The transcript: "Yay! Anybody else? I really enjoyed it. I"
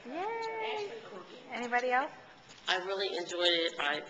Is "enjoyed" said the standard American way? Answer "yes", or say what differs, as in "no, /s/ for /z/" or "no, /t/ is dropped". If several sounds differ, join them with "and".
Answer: yes